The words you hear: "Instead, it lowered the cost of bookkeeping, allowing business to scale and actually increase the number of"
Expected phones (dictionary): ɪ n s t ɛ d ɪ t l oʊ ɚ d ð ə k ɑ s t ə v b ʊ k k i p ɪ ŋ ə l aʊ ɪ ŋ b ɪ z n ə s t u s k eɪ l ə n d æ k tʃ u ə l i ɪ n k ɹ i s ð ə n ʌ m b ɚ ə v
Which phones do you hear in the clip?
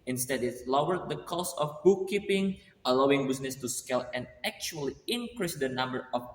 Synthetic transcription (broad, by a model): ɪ n s t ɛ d ɪ t l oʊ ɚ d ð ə k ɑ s ə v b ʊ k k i p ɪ ŋ ə l aʊ ɪ ŋ b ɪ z n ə s t u s k eɪ l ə n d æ k tʃ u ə l i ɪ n k ɹ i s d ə n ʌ m b ɚ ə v